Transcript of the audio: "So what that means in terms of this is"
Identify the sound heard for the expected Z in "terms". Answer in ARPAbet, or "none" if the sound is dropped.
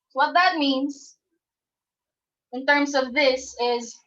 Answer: Z